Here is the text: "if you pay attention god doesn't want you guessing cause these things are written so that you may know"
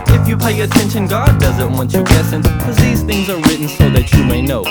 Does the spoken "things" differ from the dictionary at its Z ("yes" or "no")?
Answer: no